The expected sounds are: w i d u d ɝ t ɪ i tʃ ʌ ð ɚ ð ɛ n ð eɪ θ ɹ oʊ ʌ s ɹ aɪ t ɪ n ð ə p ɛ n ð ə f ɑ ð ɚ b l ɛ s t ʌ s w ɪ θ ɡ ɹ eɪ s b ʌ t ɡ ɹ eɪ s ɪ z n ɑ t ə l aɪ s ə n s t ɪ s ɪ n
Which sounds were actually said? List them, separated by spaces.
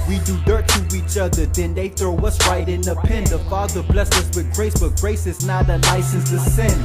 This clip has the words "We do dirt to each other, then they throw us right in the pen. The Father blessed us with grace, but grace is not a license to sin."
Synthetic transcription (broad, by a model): w i d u d ɝ t ɪ i tʃ ʌ ð ɚ ð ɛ n ð eɪ θ ɹ oʊ ʌ s ɹ aɪ t ɪ n ð ə p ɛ n ð ə f ɑ ð ɚ b l ɛ s ʌ s w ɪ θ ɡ ɹ eɪ s b ʌ t ɡ ɹ eɪ s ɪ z n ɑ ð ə l aɪ s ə n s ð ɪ s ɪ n